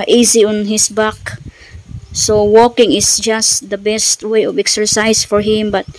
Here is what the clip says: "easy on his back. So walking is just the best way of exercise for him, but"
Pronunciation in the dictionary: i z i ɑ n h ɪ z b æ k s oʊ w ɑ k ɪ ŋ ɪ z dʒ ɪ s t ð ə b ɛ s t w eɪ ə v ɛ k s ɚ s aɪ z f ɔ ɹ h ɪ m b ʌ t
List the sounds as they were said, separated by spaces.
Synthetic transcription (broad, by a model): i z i ɑ n h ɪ s b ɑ k s oʊ w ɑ k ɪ ŋ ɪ s dʒ ɪ s t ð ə b ɛ s t w eɪ ə v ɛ k s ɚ s aɪ s f ɔ ɹ h ɪ m b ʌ t